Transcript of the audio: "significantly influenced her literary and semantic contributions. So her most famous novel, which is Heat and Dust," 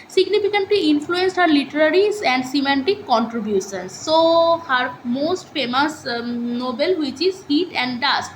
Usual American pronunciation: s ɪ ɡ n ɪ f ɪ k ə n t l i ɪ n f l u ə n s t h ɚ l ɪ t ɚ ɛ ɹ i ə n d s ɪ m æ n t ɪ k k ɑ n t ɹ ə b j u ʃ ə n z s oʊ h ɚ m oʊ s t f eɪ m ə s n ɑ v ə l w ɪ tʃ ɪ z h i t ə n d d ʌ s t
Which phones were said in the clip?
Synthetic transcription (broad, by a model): s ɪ ɡ n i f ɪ k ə n t l i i n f l u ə n s t h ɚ l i t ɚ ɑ ɹ i ə n d s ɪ m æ n t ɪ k k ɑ n t ɹ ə b j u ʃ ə n s oʊ h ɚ m oʊ s t f eɪ m ə s n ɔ b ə l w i tʃ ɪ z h i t ə n d d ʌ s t